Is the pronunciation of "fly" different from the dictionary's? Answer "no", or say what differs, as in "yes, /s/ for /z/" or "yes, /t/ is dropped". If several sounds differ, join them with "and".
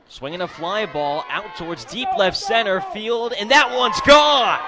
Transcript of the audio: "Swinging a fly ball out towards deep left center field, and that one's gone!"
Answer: no